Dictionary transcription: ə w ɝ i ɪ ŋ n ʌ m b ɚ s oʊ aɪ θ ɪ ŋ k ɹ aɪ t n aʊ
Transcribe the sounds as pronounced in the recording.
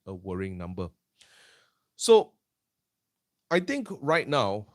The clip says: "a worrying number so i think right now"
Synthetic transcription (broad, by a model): ə w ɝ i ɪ ŋ n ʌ m b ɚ s oʊ aɪ t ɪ ŋ k ɹ aɪ t n aʊ